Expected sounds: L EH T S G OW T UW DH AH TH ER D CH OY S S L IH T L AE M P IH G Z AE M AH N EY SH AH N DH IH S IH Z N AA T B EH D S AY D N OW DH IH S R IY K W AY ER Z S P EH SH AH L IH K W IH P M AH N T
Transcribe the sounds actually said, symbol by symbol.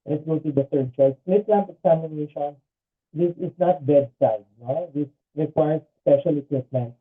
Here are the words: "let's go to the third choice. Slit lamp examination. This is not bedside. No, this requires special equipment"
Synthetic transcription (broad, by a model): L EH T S G OW T UW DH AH T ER D CH OY S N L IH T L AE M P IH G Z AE M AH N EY SH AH N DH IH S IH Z N AA T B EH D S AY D N OW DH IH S R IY K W AY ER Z S P EH SH AH L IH K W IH P M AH N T